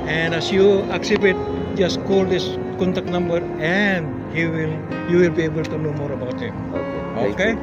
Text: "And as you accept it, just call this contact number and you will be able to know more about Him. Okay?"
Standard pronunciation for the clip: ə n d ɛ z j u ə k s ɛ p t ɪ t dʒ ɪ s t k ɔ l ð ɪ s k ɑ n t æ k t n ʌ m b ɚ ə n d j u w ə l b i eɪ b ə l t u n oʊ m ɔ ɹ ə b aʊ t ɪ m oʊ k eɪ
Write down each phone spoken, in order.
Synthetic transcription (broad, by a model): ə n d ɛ s j u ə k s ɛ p ɪ t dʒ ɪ s k ɔ l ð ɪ s k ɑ n t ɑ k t n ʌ m b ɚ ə n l j u w ə l b i eɪ b ə l t u n oʊ m ɔ ɹ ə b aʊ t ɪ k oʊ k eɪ